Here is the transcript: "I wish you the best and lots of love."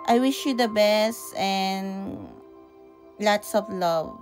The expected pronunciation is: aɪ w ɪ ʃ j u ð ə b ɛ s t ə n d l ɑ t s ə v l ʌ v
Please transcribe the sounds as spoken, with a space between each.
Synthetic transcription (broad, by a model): aɪ w ɪ ʃ j u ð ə b ɛ s t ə n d l ɑ t s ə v l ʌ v